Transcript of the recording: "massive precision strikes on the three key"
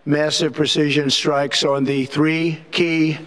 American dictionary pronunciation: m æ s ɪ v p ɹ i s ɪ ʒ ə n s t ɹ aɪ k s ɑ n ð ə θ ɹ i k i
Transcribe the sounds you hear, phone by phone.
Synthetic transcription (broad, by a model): m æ s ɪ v p ɹ i s ɪ ʒ ə n s t ɹ aɪ k s n ð ə θ ɹ i k i